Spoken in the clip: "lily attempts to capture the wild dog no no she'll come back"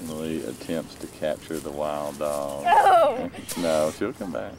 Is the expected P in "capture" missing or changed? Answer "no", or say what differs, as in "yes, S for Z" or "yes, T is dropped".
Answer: no